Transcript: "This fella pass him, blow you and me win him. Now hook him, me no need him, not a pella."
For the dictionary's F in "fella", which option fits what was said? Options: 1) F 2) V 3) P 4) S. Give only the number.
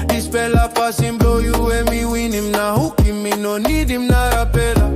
3